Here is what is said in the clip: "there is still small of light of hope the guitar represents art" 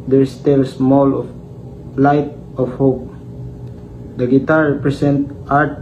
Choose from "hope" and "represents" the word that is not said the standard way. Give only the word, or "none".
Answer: represents